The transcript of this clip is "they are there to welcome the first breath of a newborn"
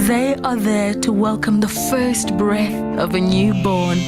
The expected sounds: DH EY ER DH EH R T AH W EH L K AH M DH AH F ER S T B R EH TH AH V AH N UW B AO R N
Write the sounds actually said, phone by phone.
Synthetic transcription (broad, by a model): DH EY ER DH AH R T AH W EH L K AH M DH AH F ER S T B R EH TH AH V AH N UW B AO R N